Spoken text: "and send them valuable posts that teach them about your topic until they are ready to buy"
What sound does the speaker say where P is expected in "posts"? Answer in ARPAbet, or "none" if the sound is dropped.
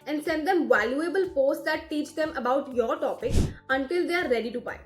F